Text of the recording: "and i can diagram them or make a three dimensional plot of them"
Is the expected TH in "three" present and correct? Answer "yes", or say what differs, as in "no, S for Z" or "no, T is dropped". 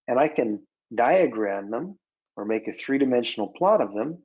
yes